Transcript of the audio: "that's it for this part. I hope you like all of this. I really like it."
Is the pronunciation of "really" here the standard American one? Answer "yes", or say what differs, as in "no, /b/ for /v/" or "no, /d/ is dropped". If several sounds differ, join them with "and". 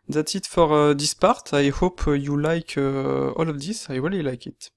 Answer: no, /w/ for /ɹ/